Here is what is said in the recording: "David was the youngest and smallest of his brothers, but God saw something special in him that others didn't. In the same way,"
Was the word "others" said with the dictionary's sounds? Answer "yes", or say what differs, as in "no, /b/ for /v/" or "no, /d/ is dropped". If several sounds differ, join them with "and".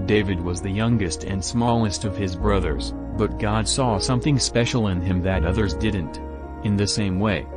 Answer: yes